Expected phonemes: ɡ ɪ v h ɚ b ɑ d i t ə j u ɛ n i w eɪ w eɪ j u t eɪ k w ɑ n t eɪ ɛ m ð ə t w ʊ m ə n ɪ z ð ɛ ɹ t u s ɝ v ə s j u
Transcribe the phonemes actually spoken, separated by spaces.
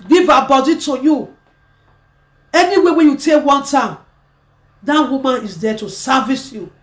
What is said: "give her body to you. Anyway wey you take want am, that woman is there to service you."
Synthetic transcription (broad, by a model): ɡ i v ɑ b ɑ d i t ə j u ɛ n i w eɪ w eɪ j u t eɪ k w ɑ n t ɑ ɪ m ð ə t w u m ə n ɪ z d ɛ t u s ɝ v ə s j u